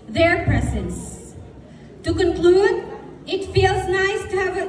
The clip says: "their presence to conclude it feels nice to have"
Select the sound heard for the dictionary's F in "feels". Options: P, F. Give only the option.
F